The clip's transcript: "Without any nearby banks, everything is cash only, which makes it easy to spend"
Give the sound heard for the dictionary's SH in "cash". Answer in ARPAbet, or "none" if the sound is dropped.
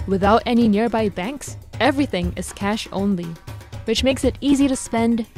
SH